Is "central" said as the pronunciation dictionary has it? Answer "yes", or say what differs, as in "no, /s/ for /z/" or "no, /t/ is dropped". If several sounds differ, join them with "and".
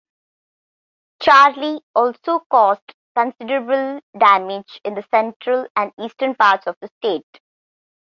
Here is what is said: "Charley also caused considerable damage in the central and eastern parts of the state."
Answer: yes